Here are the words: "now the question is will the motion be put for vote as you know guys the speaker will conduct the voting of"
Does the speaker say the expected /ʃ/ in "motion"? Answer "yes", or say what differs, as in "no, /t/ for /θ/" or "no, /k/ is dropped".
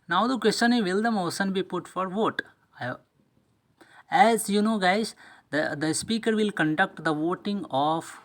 no, /s/ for /ʃ/